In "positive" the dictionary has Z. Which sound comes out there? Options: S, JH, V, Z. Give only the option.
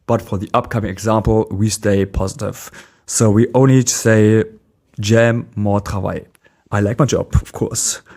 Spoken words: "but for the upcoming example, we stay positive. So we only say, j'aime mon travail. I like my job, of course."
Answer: Z